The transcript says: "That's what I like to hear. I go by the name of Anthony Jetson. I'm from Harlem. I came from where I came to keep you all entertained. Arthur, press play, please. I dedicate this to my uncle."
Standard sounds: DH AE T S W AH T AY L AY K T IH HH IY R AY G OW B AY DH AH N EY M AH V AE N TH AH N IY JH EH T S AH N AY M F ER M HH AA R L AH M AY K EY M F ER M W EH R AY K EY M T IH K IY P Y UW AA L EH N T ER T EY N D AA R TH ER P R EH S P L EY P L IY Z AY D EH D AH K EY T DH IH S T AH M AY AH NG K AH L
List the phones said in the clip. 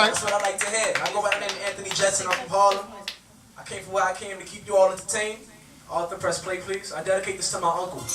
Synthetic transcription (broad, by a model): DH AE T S W AH T AY L AY K T IH HH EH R AY G OW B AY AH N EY AH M AE N TH AH N IY JH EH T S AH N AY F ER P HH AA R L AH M AY K EY M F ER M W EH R AY K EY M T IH K IY P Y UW AA L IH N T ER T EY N AA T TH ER P R EH S P L EY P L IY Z AY D EH D AH K EY T DH IH S T AH M AY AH NG K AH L